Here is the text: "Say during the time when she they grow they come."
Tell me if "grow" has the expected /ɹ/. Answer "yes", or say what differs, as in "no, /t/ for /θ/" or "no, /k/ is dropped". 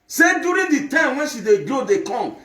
no, /ɹ/ is dropped